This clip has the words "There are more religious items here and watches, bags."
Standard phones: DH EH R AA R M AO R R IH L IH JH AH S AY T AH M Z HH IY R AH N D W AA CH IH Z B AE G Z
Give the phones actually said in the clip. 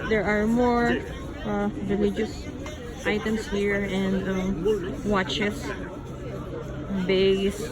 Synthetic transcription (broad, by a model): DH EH R AA R M AO R R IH L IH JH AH S AY T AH M S HH IY R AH N D W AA CH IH S B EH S